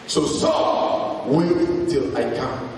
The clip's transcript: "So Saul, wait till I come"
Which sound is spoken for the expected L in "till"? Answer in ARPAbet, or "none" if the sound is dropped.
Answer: L